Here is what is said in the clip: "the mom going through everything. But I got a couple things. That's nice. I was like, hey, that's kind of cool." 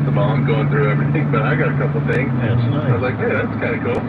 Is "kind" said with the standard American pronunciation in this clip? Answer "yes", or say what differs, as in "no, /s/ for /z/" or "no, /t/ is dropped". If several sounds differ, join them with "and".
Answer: no, /d/ is dropped